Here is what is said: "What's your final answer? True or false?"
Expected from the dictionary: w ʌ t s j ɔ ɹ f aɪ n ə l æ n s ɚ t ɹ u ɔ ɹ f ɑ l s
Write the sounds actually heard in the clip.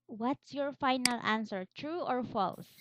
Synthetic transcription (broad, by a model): w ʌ t s j ɔ ɹ f aɪ n ə l æ n s ɚ t ɹ u ɔ ɹ f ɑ l s